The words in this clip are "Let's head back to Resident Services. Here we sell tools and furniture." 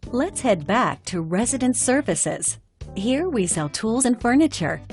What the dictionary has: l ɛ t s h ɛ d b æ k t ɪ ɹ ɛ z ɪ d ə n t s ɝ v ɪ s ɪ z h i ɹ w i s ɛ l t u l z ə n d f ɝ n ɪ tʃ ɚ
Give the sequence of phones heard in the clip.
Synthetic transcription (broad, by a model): l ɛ t s h ɛ d b æ k t ɪ ɹ ɛ z ɪ d ə n t s ɝ v ɪ s ɪ z h i ɹ w i s ɛ l t u l z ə n f ɝ n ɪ tʃ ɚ